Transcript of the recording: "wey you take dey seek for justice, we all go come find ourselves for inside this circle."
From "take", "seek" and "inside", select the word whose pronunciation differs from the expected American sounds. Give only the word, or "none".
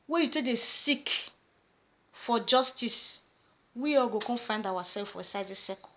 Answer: inside